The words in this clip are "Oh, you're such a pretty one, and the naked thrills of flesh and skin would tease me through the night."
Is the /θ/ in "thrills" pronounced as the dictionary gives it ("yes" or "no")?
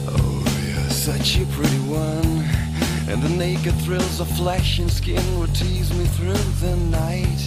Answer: yes